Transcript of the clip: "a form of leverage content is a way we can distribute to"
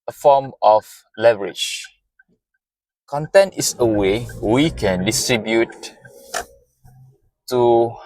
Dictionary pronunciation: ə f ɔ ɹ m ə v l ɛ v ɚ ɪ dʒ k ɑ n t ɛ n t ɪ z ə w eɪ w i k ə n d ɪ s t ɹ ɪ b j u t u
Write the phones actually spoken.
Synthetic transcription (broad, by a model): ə f ɔ m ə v l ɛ v ɚ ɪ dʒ k ɑ n t ɛ n t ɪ s ə w eɪ w i k ə n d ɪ s t ɹ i b j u t u